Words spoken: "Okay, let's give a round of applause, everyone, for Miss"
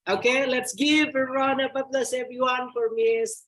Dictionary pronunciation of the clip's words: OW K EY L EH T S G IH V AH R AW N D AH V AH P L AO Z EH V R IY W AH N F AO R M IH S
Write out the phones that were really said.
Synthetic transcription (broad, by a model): OW K EY L EH T S G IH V AH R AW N AH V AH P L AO S EH V R IY W AH N F AO R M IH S